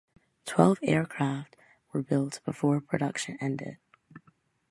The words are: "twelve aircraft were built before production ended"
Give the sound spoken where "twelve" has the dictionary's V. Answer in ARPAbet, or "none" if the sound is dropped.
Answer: V